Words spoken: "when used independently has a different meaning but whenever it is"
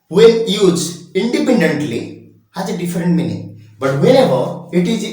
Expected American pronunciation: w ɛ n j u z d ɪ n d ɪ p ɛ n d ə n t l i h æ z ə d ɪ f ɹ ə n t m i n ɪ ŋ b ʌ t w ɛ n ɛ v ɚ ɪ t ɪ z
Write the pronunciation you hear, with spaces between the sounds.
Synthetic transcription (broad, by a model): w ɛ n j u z ɪ n d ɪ p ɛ n d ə n t l i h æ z ə d ɪ f ɹ ə n t m i n ɪ ŋ b ʌ t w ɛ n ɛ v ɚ ɪ t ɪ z